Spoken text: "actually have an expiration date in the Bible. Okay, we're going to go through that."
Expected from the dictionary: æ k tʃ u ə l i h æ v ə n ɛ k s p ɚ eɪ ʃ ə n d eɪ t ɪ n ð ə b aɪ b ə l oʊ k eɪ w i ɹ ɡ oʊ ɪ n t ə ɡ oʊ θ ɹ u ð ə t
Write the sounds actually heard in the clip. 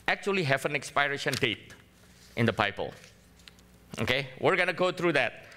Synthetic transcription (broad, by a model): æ k tʃ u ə l i h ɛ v ə n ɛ k s p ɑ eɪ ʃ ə n d eɪ t ɪ n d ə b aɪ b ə l oʊ k eɪ w i ɹ ɡ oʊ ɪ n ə ɡ oʊ t ɹ u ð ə t